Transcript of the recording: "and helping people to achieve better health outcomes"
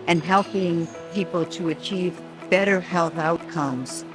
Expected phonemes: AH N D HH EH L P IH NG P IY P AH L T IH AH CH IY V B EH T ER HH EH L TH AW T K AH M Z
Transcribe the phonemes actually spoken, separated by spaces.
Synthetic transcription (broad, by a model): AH N HH EH L P IH NG P IY P L T IH AH CH IY V B EH T ER HH EH L TH AW T K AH M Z